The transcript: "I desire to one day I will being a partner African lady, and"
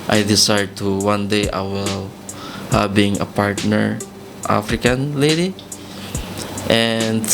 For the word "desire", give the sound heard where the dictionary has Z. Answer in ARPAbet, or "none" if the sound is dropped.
S